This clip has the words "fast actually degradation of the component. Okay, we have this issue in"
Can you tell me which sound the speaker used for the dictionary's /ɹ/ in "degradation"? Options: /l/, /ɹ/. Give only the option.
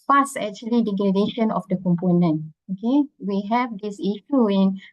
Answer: /l/